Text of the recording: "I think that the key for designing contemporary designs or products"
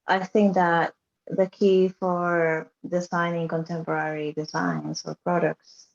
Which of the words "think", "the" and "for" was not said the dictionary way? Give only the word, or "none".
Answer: none